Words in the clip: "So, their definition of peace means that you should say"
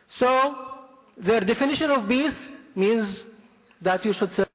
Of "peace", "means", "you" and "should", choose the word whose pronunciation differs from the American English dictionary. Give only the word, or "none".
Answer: peace